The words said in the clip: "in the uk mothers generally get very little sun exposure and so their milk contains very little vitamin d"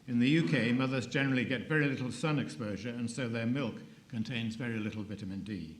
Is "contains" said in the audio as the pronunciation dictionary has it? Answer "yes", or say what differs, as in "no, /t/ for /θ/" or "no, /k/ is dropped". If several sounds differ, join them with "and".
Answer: yes